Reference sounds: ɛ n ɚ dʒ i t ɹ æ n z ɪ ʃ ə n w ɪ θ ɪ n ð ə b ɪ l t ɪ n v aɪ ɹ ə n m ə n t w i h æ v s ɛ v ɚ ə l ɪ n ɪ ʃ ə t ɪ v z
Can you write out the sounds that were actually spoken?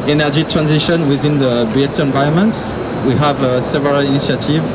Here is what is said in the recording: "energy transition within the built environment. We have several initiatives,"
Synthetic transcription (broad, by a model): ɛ n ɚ dʒ i t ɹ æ n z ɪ ʃ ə n w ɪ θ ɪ n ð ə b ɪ t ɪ n v aɪ ə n m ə n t w i h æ v s ɛ v ɚ ə l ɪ n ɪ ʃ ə t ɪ v